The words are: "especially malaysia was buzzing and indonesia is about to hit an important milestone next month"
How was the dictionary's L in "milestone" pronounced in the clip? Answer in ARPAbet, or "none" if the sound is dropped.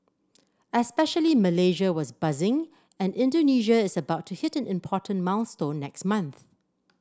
N